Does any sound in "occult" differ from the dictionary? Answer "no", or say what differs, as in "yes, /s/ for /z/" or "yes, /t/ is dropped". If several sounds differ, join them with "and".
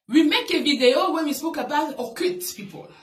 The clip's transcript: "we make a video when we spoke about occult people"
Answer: yes, /l/ is dropped